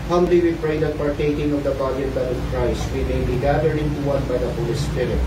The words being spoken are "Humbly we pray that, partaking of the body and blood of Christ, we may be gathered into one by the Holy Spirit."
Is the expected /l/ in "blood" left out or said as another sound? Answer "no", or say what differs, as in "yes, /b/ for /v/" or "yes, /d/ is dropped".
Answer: yes, /l/ is dropped